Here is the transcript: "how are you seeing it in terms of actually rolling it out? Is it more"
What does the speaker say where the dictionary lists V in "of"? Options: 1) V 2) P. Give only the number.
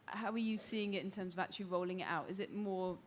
1